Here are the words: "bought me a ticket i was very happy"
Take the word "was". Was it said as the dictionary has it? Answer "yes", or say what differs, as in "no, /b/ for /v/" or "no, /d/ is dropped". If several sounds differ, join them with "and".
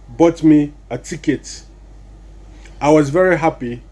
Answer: yes